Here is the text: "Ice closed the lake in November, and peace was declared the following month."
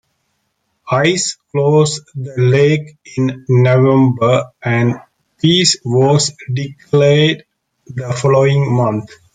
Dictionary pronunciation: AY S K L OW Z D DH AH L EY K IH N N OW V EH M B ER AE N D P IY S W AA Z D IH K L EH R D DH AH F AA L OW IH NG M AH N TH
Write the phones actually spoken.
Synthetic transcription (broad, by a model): AY S K L OW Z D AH L EY K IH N N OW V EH M B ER AE N D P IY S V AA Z D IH K L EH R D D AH F AA L OW IH NG M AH N T